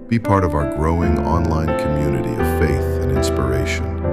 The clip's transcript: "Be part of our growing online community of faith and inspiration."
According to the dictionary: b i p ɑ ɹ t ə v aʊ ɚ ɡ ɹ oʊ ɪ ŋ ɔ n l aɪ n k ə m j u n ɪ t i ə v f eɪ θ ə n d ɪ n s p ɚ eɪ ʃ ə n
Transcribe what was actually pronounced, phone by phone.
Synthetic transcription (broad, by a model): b i p ɑ ɹ t ə v aʊ ɚ ɡ ɹ oʊ ɪ ŋ ɔ n l aɪ n k ə m j u n ɪ t i ə v f eɪ θ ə n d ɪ n s p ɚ eɪ ʃ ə n